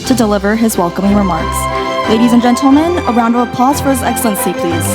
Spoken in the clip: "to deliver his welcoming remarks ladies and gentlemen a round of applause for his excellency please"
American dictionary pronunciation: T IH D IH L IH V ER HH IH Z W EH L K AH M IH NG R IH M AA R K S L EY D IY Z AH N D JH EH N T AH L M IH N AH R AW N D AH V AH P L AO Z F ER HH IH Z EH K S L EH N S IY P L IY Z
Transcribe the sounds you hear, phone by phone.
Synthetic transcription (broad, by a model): T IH D IH L IH V ER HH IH Z W EH L K AH M IH NG R IH M AA R K S L EY D IY Z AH N JH EH N T L M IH N AH R AW N D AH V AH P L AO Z F ER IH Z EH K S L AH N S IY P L IY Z